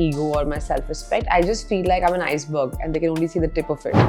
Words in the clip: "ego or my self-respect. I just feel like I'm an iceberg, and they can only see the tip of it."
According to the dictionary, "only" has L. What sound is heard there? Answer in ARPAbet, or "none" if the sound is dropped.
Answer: L